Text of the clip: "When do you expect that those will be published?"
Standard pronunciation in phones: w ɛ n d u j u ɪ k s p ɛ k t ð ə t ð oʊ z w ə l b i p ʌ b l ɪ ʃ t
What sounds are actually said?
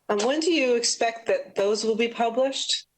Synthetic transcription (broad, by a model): w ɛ n d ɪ j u ɪ k s p ɛ k t ð ə t ð oʊ z w ə l b i p ʌ b l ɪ ʃ t